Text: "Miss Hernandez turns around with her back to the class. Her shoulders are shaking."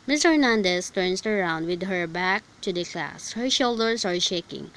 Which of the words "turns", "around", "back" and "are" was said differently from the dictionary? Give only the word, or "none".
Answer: turns